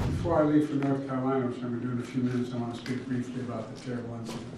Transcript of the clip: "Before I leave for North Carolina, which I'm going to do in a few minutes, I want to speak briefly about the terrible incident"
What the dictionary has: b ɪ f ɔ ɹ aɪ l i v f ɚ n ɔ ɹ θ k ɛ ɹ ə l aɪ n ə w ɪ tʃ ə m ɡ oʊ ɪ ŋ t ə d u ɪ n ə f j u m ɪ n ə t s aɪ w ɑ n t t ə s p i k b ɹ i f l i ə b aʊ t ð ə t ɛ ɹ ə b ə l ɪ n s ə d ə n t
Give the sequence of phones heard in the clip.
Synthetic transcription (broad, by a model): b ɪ f ɔ ɹ aɪ l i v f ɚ n ɔ ɹ θ k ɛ ɹ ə l aɪ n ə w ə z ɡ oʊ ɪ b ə d u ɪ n ə f j u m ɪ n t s aɪ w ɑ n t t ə s p i k b ɹ i f l i ə b aʊ t ð ə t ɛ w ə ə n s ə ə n